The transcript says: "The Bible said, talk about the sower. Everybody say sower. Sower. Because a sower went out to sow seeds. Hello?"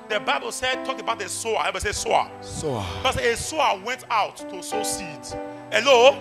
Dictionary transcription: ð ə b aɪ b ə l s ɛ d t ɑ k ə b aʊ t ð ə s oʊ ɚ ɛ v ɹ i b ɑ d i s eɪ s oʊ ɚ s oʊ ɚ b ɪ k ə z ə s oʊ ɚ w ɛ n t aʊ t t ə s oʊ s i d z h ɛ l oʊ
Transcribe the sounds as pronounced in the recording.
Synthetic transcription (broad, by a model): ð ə b aɪ b ə l s ɛ d t ɑ k ə b aʊ t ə s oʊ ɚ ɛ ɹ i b s eɪ s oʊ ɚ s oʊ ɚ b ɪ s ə ə s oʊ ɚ w ɛ n t aʊ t t ə s oʊ s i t h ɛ l oʊ